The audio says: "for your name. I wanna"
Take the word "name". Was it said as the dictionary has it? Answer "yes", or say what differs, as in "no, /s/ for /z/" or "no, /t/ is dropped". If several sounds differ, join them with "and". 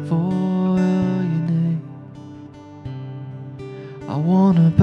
no, /m/ is dropped